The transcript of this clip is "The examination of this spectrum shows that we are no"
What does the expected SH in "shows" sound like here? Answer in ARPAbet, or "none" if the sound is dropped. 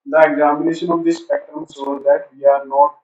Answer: S